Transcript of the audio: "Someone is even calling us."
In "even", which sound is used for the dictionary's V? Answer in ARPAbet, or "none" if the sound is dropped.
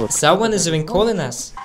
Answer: none